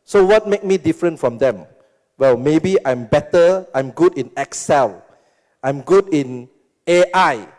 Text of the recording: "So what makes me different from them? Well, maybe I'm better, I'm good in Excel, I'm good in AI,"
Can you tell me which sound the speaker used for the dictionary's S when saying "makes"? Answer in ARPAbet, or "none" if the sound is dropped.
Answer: none